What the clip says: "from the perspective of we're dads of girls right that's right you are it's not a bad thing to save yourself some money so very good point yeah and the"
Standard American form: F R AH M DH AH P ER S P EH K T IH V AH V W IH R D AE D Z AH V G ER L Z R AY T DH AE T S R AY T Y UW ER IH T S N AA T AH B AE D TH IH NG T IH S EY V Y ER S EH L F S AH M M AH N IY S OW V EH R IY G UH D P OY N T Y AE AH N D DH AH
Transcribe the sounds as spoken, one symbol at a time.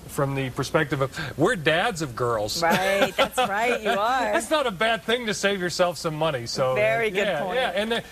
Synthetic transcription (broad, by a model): F R AH M DH AH P ER S P EH K T IH V AH V W IH R D AE D Z AH V G ER L Z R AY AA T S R AY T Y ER IH T S N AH T AH B AE D TH IH NG T IH S EY V Y ER S EH L F S AH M M AH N IY S OW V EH R IY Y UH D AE Y AE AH N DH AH